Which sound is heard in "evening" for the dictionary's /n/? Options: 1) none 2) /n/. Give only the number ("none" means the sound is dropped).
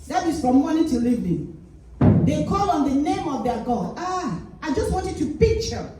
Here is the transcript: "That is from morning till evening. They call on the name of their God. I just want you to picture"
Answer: 1